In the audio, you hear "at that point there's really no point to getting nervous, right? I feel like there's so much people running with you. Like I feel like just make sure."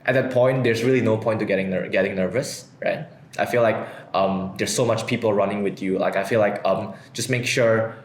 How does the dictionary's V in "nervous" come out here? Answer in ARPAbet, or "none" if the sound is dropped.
V